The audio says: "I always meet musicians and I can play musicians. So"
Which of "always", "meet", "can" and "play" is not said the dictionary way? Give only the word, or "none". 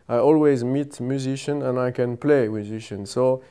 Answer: none